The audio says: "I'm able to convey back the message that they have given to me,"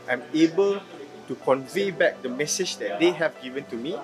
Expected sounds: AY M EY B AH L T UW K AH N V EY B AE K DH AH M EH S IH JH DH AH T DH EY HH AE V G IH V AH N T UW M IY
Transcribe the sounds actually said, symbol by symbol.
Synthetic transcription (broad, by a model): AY M EY B AH L T UW K AH N V EY B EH K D AH M EH S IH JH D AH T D EY HH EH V G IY V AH N T UW M IY